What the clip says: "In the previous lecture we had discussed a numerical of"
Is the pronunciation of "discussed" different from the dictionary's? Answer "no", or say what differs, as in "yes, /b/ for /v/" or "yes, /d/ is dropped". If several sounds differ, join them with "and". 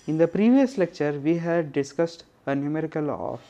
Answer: no